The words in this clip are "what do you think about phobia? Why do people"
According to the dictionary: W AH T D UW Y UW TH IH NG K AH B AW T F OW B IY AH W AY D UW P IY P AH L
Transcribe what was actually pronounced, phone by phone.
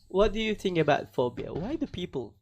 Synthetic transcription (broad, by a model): W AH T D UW Y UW TH IH NG K AH B AW T F OW B IY AH W AY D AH P IY P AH L